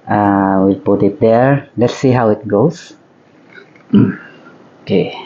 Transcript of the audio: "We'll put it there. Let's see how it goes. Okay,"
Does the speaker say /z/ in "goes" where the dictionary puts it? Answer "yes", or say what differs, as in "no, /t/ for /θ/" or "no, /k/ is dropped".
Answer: no, /s/ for /z/